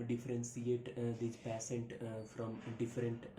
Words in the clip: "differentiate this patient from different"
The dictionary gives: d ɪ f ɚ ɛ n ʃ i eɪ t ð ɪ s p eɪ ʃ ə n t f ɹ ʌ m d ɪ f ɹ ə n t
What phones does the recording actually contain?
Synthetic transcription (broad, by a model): d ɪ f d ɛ n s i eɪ t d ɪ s p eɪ s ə n t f ɹ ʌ m d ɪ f ɹ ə n t